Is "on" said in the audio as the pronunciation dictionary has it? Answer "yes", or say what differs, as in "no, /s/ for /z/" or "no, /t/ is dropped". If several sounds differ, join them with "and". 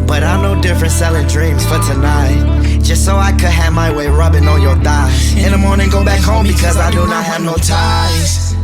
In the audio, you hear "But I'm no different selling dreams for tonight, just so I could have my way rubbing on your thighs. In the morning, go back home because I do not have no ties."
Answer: no, /l/ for /n/